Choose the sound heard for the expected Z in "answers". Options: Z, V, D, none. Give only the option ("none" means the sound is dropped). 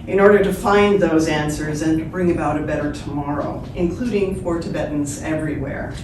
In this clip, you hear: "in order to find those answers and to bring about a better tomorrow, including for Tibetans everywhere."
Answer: Z